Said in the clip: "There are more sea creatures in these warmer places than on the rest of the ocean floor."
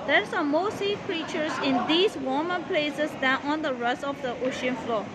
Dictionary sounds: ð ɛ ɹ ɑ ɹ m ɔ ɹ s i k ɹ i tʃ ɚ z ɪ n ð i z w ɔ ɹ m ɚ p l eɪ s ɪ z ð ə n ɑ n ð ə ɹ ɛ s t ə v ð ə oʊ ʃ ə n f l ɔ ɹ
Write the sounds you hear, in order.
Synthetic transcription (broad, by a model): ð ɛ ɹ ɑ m m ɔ s i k ɹ i tʃ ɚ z ɪ n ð i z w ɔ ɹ m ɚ p l eɪ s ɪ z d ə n ɑ n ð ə ɹ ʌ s ə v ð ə oʊ ʃ ə n f l ɔ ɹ